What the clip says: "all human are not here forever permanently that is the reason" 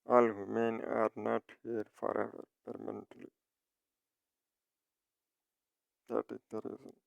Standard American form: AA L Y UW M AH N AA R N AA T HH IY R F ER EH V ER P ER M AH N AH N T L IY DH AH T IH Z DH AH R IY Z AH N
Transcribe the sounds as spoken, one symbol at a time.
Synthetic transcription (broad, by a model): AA L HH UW M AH N AA R N AA T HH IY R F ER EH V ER P ER M AH N AH N T L IY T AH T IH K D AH R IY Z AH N